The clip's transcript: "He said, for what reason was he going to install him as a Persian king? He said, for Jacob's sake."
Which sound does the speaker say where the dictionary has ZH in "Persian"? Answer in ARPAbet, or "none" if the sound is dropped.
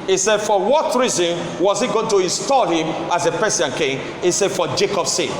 S